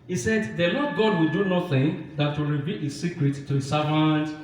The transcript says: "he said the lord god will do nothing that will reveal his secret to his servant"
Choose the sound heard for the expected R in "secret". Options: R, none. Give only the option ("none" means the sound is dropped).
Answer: R